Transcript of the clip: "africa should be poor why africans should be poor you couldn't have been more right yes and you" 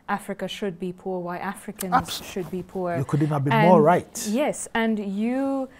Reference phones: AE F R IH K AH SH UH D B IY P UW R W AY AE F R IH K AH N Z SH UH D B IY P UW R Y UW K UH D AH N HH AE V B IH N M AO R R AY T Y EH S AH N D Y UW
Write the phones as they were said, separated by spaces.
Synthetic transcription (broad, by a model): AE F R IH K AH SH UH D B IY P UW R W AY AE F R IH K AH N Z SH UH D B IY P UW R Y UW K UH D AH N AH B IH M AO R R AY T Y EH S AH N Y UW